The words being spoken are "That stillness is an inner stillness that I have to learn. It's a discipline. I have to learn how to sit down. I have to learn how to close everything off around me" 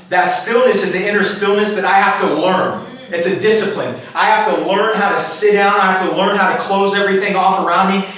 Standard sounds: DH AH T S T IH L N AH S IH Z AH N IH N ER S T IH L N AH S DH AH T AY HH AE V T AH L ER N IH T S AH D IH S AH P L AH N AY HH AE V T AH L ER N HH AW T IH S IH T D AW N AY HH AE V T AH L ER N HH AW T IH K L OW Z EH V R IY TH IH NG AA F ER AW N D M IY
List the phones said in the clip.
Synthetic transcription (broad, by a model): DH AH T S T IH L N AH S IH Z AH N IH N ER S T IH L N AH S DH AH T AY HH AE F T AH L ER N IH T S AH D IH S AH P L AH N AY HH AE F T AH L ER N HH AW T IH S IH T D AW N AY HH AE F T AH L ER N HH AW T IH K L OW Z EH V R IY TH IH NG AA F ER AW N D M IY